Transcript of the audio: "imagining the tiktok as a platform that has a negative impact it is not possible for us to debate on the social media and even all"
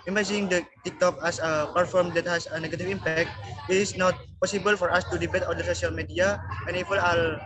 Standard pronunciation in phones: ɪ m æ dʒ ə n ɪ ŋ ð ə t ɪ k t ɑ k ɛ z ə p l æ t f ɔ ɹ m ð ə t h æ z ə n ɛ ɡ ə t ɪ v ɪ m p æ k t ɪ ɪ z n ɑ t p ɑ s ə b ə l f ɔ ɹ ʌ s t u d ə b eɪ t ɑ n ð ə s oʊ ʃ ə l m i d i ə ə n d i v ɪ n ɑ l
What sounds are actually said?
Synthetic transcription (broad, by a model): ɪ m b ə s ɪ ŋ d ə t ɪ k t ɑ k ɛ s ə p ʌ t f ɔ ɹ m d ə t h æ s ə n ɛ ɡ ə t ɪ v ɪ m p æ k t ɪ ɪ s n ɑ t p ɑ s ə b ə l f ɔ ɹ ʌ s t u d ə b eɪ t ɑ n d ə s oʊ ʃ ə l m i d i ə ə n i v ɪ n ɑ l